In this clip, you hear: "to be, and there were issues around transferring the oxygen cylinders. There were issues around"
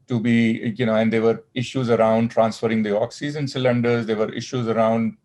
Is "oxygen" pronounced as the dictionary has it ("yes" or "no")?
no